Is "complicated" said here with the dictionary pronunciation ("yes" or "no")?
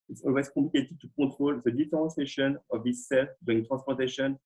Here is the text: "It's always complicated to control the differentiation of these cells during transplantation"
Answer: no